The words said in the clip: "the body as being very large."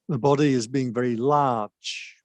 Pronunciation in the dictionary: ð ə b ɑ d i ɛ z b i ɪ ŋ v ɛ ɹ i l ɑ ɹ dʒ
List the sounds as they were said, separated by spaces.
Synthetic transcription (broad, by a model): ð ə b ɑ d i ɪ z b i ɪ ŋ v ɛ ɹ i l ɑ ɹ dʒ